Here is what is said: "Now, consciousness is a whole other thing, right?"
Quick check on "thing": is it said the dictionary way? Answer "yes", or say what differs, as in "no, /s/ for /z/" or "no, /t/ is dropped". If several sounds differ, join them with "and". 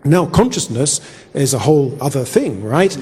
yes